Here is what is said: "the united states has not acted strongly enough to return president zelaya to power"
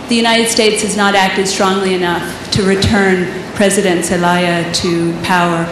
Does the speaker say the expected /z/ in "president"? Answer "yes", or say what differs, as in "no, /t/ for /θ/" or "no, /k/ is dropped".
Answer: yes